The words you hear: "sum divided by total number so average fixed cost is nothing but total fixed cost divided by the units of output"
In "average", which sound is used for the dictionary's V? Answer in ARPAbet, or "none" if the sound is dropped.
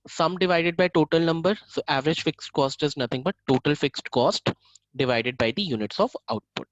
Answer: V